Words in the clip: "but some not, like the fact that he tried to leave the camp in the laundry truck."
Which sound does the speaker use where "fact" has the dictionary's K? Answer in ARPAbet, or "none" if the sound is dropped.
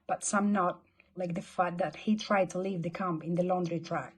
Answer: none